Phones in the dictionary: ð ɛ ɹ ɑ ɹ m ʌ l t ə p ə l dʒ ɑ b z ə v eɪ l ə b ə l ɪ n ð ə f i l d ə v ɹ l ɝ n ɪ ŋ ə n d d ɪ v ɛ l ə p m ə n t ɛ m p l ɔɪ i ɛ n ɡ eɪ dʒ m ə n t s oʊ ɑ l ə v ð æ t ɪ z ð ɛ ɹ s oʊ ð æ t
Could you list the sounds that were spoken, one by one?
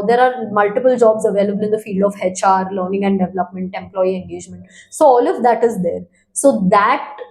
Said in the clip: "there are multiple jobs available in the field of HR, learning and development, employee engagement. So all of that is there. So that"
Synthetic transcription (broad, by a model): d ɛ ɹ ɑ ɹ m ʌ l t ə p ə l dʒ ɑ b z ə v eɪ l ə b ə l ɪ n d ə f i l d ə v ɹ l ɝ n ɪ ŋ ə n d d ɪ v ɛ l ə p m ə n t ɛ m p l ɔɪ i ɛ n ɡ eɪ dʒ m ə n t s oʊ ɑ l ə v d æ t ɪ z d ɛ ɹ s oʊ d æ t